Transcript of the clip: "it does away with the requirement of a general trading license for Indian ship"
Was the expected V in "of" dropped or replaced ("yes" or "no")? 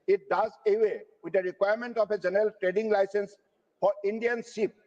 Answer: yes